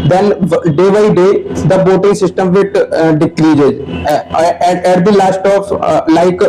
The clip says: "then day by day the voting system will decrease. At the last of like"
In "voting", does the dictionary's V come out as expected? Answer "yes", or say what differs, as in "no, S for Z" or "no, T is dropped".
no, B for V